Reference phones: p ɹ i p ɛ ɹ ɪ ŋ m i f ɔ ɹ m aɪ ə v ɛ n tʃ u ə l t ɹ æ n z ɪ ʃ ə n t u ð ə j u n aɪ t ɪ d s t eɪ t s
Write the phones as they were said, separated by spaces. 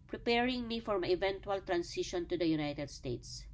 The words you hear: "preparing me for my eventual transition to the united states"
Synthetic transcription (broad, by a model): p ɹ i p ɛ ɹ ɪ ŋ m i f ɔ ɹ m aɪ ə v ɛ n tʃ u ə l t ɹ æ n s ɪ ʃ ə n t u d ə j u n aɪ t ɪ d s t eɪ t s